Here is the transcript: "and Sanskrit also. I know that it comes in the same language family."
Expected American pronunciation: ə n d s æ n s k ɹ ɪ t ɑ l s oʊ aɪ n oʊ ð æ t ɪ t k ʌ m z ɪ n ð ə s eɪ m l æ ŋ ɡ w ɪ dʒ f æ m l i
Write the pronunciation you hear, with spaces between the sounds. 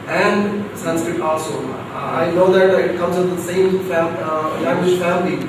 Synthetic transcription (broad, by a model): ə n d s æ n s k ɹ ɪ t ɑ l s oʊ aɪ n oʊ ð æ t ɪ t k ʌ m z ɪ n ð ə s eɪ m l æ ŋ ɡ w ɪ ʃ f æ m l i